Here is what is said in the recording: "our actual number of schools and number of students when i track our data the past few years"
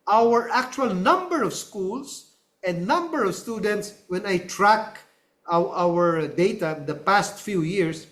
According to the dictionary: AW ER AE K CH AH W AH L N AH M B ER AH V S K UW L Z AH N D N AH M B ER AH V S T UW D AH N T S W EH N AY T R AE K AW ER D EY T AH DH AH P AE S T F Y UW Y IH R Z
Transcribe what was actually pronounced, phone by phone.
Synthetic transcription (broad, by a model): AW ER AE K CH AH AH L N AH M B ER AH V S K UW L S AH N D N AH M B ER AH V S T UW D AH N T S W EH N AY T R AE K AW ER D EY T AH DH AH P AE S T F Y UW Y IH R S